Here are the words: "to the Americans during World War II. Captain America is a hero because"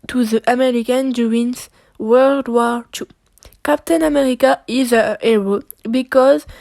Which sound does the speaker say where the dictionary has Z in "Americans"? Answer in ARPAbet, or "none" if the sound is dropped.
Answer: none